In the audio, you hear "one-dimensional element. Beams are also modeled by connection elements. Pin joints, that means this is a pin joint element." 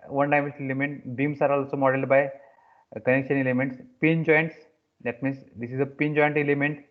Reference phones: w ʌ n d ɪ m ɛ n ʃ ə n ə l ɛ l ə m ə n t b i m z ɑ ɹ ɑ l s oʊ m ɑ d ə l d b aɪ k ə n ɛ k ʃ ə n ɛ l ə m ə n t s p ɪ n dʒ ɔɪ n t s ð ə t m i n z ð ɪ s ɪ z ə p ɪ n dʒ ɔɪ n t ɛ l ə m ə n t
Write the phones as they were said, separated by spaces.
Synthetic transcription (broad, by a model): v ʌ n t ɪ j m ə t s ɛ l ə m ə n t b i m s ɑ ɹ ɑ l s oʊ m ɑ d ə l d b aɪ k ə n ɛ k ʃ ə n ɛ l ə m ə n t s p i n dʒ ɔɪ n t s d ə t m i n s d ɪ s ɪ z ə p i n dʒ ɔɪ n t ɛ l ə m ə n t